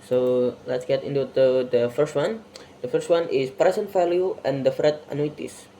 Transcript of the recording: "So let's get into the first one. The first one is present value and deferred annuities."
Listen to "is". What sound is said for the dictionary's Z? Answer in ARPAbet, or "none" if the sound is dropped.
S